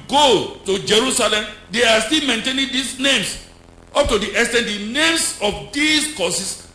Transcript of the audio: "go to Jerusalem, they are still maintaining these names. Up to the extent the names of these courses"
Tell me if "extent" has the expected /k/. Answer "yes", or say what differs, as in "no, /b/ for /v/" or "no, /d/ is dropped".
no, /k/ is dropped